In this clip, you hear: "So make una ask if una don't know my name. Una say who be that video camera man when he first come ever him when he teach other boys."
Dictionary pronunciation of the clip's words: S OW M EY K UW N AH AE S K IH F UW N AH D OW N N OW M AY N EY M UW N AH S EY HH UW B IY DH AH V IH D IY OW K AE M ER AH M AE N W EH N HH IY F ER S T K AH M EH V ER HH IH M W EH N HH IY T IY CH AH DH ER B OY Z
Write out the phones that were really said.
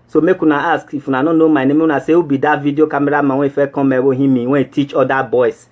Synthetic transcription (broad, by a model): S OW M EY K UW N AH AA S K IH F UW N AH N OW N N OW M AY N EY M UW N AH S EY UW B IY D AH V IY D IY OW K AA M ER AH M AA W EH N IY F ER K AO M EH W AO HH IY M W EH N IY T IY CH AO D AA B OY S